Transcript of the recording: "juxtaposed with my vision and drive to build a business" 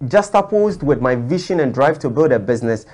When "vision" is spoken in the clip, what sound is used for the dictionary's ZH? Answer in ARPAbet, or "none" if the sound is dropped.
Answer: SH